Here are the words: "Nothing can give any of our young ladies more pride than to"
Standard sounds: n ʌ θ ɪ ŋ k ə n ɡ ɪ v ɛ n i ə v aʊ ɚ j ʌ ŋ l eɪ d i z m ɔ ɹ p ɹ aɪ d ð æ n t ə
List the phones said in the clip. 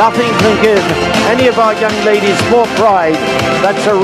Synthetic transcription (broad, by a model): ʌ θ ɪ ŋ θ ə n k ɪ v ɛ n i ə v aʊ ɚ j ʌ ŋ l eɪ d i z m ɔ ɹ p ɹ aɪ d ð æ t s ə